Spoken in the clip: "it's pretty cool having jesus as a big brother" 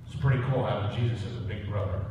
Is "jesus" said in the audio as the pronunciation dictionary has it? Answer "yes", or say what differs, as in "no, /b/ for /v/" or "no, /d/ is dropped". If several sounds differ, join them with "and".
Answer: yes